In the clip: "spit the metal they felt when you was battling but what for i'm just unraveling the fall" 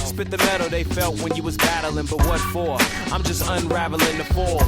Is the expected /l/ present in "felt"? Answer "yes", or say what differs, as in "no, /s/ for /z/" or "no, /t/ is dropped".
yes